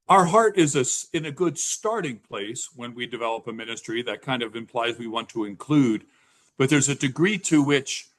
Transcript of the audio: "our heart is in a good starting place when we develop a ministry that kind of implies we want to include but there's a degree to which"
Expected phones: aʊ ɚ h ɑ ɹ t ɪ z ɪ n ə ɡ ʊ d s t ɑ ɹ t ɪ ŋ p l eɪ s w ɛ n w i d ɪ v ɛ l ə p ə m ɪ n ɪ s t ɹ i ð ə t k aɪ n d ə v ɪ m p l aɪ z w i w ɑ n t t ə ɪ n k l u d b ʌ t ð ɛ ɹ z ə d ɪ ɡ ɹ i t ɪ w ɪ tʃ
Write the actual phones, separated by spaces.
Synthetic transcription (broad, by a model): aʊ ɚ h ɑ ɹ t ɪ z ɪ n ə ɡ ʊ d s t ɑ ɹ t ɪ ŋ p l eɪ s w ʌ n w i d ɪ v ɛ l ə p ə m ɪ n ɪ s t ɹ i ð ə t k aɪ n d ə v ɪ m p l aɪ z w i w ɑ n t t ə ɪ n k l u d b ʌ t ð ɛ ɹ z ə d ɪ ɡ ɹ i t ɪ w ɪ tʃ